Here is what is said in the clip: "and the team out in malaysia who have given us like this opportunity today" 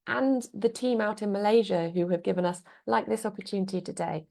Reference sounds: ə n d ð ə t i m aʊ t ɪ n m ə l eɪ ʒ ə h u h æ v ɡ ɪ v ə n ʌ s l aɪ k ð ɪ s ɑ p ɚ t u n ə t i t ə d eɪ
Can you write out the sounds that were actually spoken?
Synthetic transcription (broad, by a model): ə n ð ə t i m aʊ t ɪ n m ə l eɪ ʒ ə h u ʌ v ɡ ɪ v ə n ʌ s l aɪ k ð ɪ s ɑ p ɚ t u n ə t i t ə d eɪ